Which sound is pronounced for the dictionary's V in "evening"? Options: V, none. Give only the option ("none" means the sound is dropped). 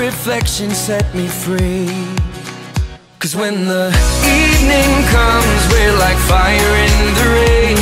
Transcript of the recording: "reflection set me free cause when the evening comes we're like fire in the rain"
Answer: V